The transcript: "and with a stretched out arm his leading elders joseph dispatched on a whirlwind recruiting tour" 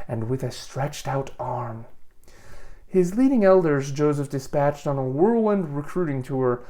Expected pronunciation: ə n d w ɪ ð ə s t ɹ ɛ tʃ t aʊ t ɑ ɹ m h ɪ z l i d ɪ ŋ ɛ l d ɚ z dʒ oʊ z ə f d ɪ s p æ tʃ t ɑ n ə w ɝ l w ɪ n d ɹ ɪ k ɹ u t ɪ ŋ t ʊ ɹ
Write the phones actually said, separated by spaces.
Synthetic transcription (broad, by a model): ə n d w ɪ ð ə s t ɹ ɛ tʃ t aʊ t ɑ ɹ m h ɪ z l i d ɪ ŋ ɛ l d ɚ z dʒ oʊ z ə f d ɪ s p æ tʃ t n ə w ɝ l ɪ n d ɹ ɪ k ɹ u t ɪ ŋ t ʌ ɹ